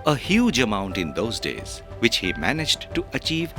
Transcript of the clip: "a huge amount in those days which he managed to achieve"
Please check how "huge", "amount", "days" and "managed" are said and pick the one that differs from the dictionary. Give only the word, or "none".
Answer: none